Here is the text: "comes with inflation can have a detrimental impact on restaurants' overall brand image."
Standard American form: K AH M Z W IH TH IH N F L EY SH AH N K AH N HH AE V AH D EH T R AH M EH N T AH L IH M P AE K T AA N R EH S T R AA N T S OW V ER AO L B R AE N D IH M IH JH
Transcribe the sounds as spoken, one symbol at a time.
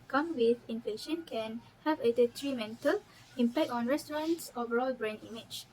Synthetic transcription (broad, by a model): K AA M W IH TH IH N F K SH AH N K AH N HH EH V AH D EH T R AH M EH N T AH L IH M P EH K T AA N R EH S T R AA N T S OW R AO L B R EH N IY M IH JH